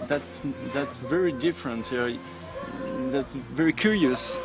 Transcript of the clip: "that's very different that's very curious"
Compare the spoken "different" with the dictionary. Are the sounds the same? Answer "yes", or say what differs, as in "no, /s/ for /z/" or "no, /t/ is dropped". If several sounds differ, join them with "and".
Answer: yes